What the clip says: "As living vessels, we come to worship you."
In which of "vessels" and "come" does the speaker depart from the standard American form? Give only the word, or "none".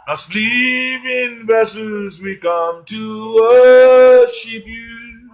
vessels